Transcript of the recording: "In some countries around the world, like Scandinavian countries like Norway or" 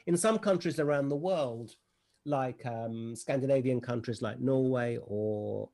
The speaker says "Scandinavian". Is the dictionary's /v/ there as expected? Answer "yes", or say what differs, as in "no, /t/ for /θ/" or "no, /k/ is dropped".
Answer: yes